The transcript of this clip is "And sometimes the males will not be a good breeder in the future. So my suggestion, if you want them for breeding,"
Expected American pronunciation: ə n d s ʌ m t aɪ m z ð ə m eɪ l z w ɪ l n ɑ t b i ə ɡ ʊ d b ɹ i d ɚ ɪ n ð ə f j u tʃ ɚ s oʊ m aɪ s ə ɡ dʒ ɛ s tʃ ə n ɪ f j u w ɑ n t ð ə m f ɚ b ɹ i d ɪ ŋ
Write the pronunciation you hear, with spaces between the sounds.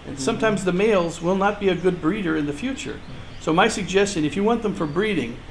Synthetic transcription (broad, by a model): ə n s ʌ m t aɪ m z ð ə m eɪ l z w ɪ l n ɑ t b i ə ɡ ʊ d b ɹ i d ɚ ɪ n ð ə f j u tʃ ɚ s oʊ m aɪ s ə ɡ dʒ ɛ s tʃ ə n ɪ f j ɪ w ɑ n ð ə m f ɚ b ɹ i d ɪ ŋ